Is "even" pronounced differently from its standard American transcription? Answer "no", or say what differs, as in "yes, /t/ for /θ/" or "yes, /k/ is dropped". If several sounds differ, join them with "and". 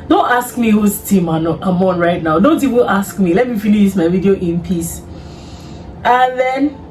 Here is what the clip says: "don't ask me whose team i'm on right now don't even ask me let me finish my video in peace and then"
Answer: yes, /w/ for /v/ and /l/ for /n/